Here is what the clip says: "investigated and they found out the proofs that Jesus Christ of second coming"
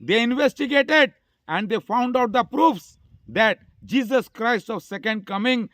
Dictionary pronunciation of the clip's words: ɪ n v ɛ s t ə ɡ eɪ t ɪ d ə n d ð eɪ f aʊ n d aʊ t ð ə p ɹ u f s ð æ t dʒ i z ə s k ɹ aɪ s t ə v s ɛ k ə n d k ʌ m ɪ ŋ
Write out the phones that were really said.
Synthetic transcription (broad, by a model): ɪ n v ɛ s t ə ɡ eɪ t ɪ d ə n d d eɪ f aʊ n d aʊ t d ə p ɹ u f s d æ t dʒ i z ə s k ɹ aɪ s t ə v s ɛ k ə n d k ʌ m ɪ ŋ